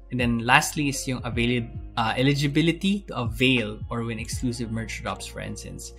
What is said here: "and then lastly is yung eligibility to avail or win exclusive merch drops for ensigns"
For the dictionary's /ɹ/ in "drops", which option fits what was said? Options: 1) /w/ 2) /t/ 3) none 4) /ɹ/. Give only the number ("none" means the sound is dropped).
3